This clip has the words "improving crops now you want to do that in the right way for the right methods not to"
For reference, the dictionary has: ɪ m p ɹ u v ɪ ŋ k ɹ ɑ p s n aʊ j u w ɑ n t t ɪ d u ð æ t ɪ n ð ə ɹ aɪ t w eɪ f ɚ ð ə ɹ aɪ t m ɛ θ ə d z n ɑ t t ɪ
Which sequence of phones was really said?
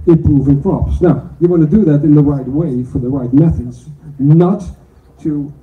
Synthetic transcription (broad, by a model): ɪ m p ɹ u v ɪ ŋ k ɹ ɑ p s n aʊ j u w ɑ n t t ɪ d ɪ ð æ t ɪ n ð ə ɹ aɪ t w eɪ f ɚ ð ə ɹ aɪ t m ɛ θ ə d z n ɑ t t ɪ